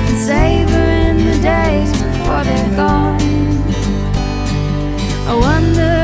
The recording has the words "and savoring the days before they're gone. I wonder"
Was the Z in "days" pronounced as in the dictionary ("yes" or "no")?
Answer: yes